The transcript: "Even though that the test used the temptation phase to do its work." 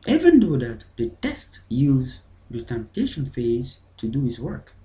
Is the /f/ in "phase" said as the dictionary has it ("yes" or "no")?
yes